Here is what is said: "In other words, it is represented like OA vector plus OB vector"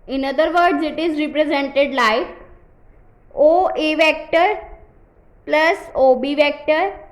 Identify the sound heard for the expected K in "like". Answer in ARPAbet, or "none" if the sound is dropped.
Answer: none